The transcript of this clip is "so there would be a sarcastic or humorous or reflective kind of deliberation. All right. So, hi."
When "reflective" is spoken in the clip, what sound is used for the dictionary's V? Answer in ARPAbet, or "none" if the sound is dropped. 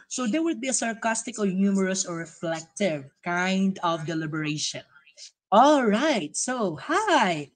V